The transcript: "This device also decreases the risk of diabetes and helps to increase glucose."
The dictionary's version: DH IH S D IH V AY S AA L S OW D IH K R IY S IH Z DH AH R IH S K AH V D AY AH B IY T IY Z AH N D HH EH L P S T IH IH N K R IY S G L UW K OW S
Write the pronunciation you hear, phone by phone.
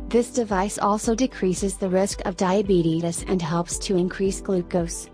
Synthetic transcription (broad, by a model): DH IH S D IH V AY S AA L S OW D IH K R IY S IH Z DH AH R IH S K AH V D AY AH B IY T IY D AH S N HH EH L P S T IH IH N K R IY S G L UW K OW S